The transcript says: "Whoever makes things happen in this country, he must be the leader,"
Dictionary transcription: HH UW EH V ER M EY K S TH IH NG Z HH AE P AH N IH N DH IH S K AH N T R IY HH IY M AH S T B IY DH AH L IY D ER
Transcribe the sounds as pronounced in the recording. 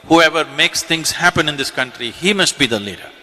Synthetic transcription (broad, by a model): HH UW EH V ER M EY K S T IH NG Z HH AE P AH N IH N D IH S K AH N T R IY HH IY M AH S T B IY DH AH L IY D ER